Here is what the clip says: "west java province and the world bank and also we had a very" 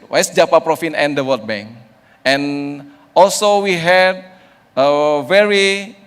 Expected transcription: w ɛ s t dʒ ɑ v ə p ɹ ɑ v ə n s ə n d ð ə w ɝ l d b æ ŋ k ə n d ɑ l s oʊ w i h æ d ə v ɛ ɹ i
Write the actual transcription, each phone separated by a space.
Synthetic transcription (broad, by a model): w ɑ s dʒ ɑ p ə p ɹ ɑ f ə n ə n d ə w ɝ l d b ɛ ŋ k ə n ɑ l s oʊ w i h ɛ d ə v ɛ ɹ i